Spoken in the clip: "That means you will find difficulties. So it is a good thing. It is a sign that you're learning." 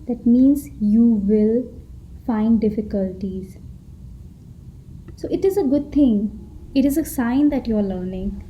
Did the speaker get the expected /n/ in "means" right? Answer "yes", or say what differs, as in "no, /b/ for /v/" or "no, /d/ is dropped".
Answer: yes